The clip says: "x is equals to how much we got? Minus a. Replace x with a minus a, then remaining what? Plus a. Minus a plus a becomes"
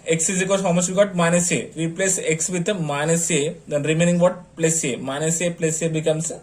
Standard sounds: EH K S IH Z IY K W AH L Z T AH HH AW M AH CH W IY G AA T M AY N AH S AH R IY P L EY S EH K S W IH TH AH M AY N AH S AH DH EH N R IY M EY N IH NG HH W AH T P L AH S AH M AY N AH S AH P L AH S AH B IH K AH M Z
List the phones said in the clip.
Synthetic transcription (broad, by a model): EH K S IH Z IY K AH Z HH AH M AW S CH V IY G AA T M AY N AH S AH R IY P L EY S EH K S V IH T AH M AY N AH S AH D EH N R IY M EY N IH NG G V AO T P L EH S AH M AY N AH S AH P L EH S AH B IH K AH M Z